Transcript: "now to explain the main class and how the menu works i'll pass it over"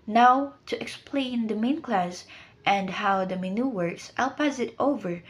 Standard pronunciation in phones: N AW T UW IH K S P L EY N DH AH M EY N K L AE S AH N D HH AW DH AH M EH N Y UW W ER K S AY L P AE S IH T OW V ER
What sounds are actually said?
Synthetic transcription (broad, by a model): N AW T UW IH K S P L EY N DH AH M EY N K L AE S AH N D HH AW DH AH M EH N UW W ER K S AY L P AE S IH T OW V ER